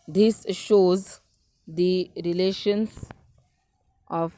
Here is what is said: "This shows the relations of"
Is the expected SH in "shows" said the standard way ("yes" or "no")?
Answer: yes